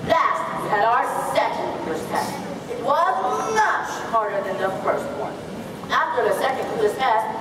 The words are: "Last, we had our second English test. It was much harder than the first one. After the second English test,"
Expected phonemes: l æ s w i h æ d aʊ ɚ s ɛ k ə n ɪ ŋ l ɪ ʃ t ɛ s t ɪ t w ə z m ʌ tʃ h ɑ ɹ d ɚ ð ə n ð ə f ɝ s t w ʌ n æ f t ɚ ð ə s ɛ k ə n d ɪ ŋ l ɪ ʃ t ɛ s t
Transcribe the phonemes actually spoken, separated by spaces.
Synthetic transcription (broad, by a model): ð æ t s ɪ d aʊ ɚ s ɛ k ə n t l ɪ s t ɛ s t ɪ t w ə z m ʌ tʃ h ɑ ɹ d ɚ ð ə n ð ə f ɝ s t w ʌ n æ f t ɚ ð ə s ɛ k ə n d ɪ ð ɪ s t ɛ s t